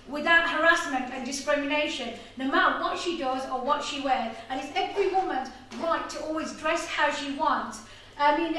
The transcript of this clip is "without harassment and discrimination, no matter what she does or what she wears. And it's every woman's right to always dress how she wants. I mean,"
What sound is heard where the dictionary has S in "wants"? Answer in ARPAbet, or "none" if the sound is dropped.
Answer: S